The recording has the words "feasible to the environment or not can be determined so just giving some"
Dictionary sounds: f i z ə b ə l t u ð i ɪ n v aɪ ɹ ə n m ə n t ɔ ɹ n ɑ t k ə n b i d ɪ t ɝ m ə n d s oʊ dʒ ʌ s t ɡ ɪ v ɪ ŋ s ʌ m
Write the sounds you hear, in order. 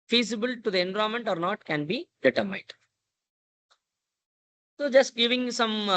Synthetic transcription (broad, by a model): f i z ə b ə l t u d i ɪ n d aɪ ə m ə n t ɔ ɹ n ɑ t k ə n b i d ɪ t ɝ m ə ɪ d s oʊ dʒ ʌ s t ɡ ɪ v ɪ ŋ s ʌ m